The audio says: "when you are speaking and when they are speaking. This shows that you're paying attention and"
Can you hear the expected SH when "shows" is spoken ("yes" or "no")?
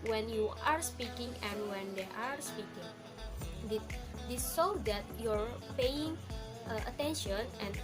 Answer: no